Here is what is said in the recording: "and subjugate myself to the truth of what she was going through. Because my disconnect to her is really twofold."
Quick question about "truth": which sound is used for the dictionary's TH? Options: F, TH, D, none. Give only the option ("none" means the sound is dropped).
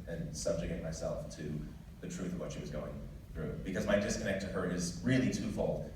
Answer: TH